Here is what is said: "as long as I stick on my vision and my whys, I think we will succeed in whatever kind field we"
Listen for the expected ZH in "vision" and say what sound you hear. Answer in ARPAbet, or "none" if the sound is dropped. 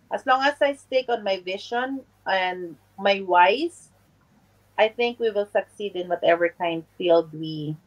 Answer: SH